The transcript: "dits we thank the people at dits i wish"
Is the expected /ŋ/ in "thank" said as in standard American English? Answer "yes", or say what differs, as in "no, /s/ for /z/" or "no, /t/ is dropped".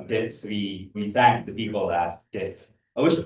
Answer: yes